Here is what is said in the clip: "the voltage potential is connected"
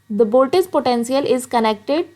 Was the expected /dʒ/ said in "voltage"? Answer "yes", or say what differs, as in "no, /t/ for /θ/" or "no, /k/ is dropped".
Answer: no, /z/ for /dʒ/